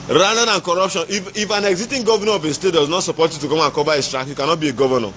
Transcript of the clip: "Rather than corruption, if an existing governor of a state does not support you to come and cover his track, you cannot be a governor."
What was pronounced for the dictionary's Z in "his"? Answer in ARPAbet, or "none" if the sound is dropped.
S